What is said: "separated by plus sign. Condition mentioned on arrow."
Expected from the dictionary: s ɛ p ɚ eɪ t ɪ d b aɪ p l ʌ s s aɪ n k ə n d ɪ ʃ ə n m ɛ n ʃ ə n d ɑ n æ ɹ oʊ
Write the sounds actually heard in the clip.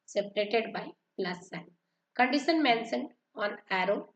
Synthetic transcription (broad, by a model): s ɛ p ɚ eɪ t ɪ d b aɪ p l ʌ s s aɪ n k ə n d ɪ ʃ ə n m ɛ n s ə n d ɑ n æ ɹ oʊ